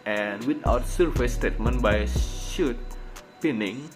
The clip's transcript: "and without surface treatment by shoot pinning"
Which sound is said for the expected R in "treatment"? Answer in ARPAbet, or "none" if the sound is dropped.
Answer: none